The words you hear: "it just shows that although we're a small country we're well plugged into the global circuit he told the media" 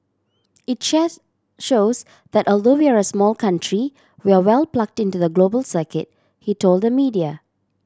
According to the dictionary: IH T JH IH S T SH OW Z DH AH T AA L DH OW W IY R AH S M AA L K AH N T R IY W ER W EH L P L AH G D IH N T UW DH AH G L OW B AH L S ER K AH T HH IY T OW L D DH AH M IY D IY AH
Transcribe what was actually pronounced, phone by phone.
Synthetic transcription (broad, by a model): IH T SH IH SH OW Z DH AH T AA L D OW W IY R AH S M AA L K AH N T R IY W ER W EH L P L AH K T IH N T UW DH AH G L OW B AH L S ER K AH T HH IY T OW L D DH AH M IY D IY AH